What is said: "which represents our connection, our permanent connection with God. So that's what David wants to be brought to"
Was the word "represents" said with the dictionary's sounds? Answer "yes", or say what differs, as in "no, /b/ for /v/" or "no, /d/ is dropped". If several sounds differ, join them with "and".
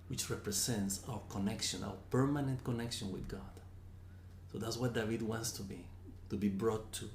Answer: no, /s/ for /z/